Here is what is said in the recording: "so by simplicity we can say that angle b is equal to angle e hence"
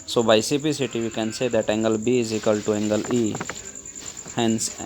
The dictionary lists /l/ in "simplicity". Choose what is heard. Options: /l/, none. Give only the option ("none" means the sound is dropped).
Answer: none